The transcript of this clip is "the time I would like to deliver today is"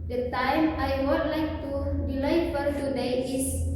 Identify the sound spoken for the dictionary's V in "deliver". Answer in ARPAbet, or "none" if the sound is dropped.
P